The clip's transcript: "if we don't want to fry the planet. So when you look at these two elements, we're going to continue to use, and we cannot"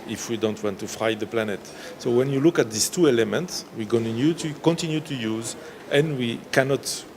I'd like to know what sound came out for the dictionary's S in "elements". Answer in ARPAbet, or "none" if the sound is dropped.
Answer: S